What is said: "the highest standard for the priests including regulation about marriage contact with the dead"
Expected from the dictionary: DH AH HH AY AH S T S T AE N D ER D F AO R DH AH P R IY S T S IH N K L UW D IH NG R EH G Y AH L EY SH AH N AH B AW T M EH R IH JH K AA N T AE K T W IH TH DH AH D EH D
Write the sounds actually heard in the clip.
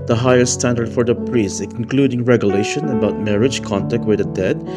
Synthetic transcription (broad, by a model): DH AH HH AY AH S S T AE N D ER D F AO R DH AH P R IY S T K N K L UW D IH NG R EH G Y AH L EY SH AH N AH B AW T M EH R IH JH K AA N T AE K T W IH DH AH D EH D